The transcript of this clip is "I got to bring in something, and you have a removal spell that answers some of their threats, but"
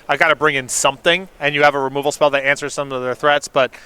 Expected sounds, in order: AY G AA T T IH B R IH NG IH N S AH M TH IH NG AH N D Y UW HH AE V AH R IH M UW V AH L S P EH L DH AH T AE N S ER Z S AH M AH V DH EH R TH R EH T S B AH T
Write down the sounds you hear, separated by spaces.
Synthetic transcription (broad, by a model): AY G AA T T IH B R IH NG IH N S AH M TH IH NG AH N Y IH V AH R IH M UW V L S P EH L DH AH T AE N S ER Z S AH M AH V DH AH R TH R EH T S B AH T